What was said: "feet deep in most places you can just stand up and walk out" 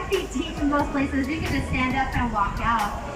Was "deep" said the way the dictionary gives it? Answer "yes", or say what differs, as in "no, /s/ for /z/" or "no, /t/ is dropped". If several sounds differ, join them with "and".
no, /f/ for /p/